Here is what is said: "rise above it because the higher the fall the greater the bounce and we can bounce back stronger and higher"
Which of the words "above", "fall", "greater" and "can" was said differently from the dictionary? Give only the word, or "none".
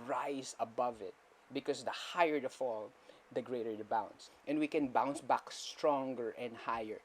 none